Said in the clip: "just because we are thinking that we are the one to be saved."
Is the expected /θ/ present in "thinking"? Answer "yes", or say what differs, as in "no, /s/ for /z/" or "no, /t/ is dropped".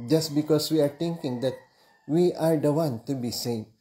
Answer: no, /t/ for /θ/